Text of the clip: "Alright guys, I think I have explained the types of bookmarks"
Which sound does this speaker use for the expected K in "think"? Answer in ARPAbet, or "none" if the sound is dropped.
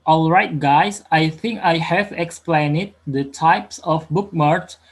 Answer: K